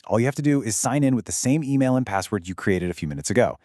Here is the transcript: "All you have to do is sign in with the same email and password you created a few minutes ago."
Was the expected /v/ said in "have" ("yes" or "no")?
no